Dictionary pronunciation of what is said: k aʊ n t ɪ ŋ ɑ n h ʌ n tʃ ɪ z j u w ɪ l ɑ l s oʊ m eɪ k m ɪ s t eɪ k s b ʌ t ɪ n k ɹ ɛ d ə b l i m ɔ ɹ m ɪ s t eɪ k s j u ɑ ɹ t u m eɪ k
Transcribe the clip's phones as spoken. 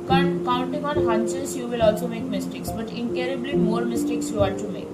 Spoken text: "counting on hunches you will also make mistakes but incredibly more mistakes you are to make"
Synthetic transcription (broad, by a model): k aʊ n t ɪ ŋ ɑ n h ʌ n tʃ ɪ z j u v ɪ l ɑ l s oʊ m eɪ k m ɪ s t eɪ k s b ʌ t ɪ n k ɛ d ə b l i m ɔ ɹ m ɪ s t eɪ k s j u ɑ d t u m eɪ k